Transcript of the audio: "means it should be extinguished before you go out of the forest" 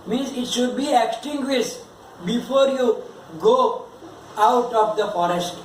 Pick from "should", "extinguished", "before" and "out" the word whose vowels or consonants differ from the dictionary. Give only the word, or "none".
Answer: extinguished